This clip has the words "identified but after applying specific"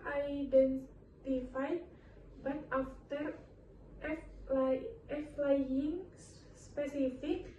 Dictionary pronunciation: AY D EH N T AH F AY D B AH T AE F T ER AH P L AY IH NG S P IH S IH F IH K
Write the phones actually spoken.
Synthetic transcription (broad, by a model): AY D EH N T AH F AY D B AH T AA F T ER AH F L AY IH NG S P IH S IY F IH K